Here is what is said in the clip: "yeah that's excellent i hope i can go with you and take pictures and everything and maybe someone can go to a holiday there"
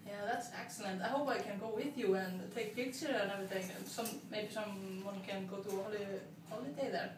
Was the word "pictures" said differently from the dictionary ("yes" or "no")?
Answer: yes